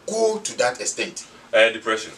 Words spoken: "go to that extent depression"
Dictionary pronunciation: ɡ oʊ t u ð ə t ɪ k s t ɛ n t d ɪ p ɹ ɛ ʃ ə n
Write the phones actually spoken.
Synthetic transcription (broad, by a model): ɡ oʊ t u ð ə t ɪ s t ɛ t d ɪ p ɹ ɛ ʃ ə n